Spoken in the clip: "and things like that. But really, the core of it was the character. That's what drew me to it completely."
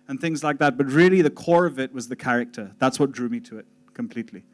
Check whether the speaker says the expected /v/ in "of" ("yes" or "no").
yes